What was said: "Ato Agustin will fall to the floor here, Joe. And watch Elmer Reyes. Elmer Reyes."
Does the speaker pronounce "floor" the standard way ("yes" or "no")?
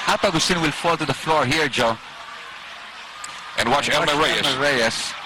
yes